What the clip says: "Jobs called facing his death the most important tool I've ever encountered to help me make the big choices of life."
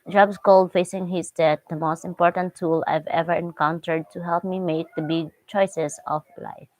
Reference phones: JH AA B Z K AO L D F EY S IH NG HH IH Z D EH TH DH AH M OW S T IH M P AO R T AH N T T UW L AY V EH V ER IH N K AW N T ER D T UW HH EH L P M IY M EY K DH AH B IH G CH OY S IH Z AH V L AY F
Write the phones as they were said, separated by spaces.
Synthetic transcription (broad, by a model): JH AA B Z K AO L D F EY S IH NG HH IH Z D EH T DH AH M OW S T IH M P AO R T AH N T T UW L AY V EH V ER IH N K AW N T ER D T UW HH EH L P M IY M EY K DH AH B IH G CH OY S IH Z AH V L AY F